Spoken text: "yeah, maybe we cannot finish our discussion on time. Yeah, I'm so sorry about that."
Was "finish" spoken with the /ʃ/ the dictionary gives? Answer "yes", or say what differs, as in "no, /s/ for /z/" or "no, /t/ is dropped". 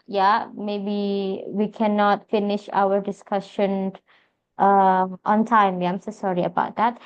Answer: yes